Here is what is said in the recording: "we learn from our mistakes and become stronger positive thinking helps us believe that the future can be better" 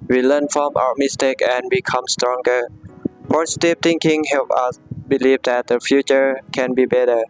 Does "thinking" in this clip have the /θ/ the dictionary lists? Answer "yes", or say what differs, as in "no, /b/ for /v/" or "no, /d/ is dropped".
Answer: no, /t/ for /θ/